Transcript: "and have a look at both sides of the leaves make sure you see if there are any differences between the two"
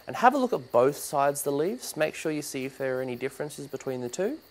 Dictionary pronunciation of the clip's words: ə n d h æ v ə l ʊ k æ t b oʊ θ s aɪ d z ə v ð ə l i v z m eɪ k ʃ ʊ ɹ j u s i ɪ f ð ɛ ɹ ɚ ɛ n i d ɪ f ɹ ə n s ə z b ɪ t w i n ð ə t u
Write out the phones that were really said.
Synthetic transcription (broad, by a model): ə n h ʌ v ə l ʊ k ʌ t b oʊ θ s aɪ d z ð ə l i v z m eɪ k ʃ ʊ ɹ j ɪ s i ɪ f ð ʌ ɹ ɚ ɛ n i d ɪ f ɹ ə n s ə z b ɪ t w i n ð ə t u